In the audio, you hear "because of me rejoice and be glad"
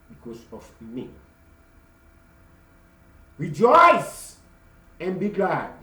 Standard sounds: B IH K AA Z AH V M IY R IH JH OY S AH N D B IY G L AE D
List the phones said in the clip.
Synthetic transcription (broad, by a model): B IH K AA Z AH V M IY R IH JH OY S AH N B IY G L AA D